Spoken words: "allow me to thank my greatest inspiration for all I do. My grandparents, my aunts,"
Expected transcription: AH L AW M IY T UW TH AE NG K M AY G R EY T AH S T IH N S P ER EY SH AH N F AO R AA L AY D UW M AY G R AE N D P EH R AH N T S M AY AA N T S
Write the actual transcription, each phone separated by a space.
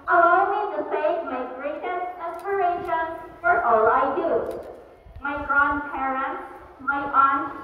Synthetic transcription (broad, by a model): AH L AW M IY T UW S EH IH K M AY G R EY T AH S T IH S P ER EY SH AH N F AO R AA L AY D UW M AY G R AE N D P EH R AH N T S M AY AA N